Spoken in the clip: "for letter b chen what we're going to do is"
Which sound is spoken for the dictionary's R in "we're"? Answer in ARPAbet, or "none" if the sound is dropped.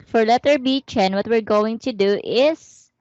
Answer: R